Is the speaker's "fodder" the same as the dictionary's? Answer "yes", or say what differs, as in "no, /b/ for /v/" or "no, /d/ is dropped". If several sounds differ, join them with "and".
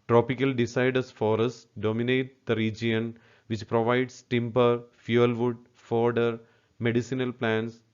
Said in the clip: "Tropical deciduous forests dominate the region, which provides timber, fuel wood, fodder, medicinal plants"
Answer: yes